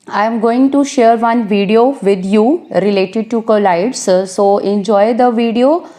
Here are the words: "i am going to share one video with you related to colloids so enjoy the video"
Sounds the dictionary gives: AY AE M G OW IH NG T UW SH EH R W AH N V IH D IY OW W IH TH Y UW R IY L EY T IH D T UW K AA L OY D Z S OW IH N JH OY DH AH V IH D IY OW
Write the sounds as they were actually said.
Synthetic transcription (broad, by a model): AY M G OW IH NG T UW SH EH R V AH N V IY D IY OW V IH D Y UW R IY L EY T IH D T UW K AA L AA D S S OW IH N JH OY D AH V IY D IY OW